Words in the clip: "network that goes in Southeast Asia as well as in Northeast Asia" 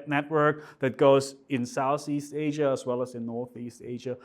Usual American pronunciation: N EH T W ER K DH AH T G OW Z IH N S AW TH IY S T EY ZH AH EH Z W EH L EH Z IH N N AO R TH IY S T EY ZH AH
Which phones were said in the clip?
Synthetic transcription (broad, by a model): N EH T W ER K DH AH T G OW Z IH N S AW TH IY S T EY ZH AH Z W EH L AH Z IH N N AO R TH IY S T EY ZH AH